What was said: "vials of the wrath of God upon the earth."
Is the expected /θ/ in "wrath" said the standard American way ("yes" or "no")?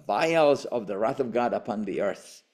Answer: yes